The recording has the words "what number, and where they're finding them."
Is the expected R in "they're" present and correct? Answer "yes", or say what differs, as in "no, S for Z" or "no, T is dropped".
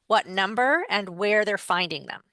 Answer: yes